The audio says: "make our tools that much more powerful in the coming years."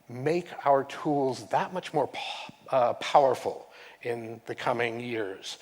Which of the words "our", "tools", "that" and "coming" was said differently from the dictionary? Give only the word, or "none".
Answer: none